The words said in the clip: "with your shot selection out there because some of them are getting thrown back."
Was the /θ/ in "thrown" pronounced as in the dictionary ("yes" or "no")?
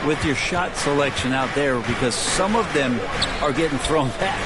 yes